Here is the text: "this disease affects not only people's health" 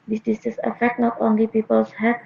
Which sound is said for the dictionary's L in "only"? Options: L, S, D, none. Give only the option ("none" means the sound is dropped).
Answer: L